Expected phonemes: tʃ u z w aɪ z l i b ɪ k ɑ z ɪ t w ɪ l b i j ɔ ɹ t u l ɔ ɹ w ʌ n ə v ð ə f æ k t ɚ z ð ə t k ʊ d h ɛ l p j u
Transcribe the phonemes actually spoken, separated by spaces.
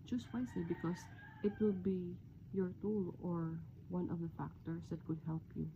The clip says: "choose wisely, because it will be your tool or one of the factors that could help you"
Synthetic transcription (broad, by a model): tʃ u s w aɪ s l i b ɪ k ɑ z ɪ t w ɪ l b i j ɔ ɹ t u l ɔ ɹ w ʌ n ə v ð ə f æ k t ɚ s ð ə t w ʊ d h ɛ l p j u